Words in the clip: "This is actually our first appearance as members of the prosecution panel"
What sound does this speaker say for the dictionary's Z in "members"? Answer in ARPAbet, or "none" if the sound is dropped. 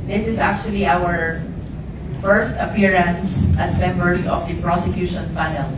S